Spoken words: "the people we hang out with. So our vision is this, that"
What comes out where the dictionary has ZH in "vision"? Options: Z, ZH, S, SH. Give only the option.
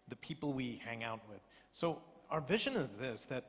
ZH